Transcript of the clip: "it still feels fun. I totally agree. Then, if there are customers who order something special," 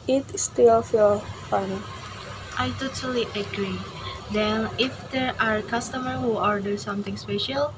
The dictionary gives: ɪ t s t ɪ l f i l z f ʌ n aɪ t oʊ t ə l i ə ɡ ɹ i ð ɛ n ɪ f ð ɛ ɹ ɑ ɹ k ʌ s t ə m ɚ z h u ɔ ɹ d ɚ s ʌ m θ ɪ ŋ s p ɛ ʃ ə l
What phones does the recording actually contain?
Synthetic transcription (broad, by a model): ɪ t s t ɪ l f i l f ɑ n aɪ t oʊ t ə l i ə ɡ ɹ i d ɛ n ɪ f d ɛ ɹ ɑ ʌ k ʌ s t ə m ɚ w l ɔ ɹ d ɚ s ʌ m t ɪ ŋ s p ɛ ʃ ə l